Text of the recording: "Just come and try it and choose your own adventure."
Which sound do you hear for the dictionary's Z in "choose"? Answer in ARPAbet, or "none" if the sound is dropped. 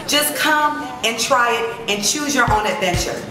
Z